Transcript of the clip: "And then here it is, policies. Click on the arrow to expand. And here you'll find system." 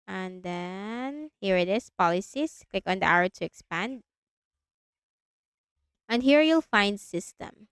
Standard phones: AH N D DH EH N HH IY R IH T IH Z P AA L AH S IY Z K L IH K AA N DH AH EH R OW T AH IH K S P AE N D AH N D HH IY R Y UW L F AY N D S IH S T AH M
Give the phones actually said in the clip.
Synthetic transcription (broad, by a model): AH N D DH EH N HH IY R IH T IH S P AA L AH S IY S K L IH K AA N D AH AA W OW T AH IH K S P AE N D AH N D HH IY R Y UW L F AY N D S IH S T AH M